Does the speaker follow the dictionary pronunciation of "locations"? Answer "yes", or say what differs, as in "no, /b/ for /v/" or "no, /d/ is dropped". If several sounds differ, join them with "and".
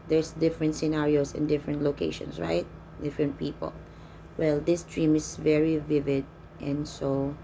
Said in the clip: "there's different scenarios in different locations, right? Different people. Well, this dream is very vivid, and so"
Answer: no, /s/ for /z/